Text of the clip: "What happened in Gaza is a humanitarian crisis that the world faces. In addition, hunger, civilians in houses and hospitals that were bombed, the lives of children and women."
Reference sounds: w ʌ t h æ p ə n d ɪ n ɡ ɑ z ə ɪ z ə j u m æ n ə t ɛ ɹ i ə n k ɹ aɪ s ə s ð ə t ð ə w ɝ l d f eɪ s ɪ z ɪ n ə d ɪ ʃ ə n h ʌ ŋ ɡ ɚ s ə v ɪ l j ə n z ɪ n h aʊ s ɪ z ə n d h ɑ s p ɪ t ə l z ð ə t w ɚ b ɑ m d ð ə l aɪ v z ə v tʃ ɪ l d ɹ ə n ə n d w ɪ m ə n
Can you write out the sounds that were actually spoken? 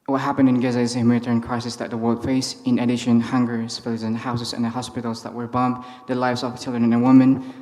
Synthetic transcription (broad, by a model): w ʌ t h æ p ə n d ɪ n ɡ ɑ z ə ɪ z ə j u m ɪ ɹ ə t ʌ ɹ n k ɹ aɪ s ə s ð ə t ð ə w ɝ l d f eɪ ɪ s ɪ n ə d ɪ ʃ ə n h ʌ ŋ ɡ ɚ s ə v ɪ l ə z ɪ n h aʊ s ɪ z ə n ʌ h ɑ s p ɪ t l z ð ə t w ɚ b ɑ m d ð ə l aɪ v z ə v tʃ ɪ l d ɹ ə n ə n w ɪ m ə n